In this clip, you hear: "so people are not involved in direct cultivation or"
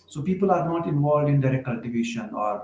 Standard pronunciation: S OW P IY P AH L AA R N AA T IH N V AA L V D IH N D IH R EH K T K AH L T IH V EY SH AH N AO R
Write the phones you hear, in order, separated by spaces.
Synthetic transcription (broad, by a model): S OW P IY P AH L AA R N AA T IH N V AA L V D IH N D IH R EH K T K AH L T IH V EY SH AH N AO R